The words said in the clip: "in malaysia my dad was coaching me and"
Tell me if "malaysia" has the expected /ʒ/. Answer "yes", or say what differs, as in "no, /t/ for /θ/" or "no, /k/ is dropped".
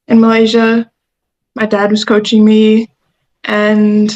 yes